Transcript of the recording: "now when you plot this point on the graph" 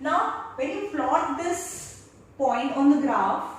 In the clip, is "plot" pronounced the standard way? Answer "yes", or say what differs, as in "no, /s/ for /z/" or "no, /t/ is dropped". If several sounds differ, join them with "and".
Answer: no, /f/ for /p/